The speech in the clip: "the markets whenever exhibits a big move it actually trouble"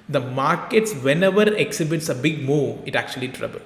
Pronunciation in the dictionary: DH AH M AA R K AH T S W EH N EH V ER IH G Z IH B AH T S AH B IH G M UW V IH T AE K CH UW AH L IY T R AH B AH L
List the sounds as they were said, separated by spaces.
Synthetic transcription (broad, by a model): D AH M AA R K AH T S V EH N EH V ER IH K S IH B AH T S AH B IH G M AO IH T AE K CH UW AH L IY T R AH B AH L